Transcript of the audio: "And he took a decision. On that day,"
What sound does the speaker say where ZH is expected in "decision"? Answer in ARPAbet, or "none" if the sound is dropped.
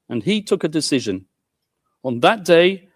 ZH